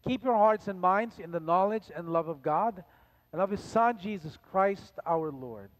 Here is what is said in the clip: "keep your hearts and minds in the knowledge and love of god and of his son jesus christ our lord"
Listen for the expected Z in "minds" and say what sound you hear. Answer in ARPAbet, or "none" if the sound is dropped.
Z